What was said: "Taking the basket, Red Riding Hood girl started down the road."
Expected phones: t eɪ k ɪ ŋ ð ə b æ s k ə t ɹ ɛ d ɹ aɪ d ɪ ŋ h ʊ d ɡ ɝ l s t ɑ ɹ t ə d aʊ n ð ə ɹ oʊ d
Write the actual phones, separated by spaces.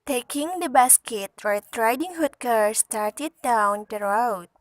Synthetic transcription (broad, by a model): t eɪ k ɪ ŋ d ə b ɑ s k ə t w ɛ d ɹ aɪ d ɪ ŋ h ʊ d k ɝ s t ɑ ɹ t ə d aʊ n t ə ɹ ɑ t